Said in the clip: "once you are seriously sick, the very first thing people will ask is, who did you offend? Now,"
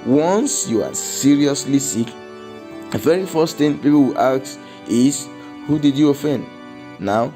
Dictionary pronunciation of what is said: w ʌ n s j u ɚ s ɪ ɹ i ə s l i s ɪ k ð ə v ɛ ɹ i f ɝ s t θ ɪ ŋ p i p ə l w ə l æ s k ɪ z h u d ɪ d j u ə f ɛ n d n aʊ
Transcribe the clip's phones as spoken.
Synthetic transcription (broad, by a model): w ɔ n s j u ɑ s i ɹ i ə s l i s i k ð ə v ɛ ɹ i f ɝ s t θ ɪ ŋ p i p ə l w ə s ɪ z h u d ɪ d j u ə f ɛ n d n aʊ